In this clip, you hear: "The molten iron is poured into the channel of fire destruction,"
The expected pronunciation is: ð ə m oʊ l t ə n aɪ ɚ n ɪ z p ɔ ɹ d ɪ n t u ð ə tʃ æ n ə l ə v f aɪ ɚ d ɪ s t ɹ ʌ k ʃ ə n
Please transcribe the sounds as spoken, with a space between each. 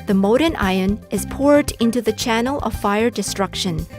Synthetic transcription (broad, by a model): ð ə m oʊ t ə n aɪ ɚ n ɪ z p ɔ ɹ d ɪ n t u ð ə tʃ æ n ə l ə v f aɪ ɚ d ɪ s t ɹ ʌ k ʃ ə n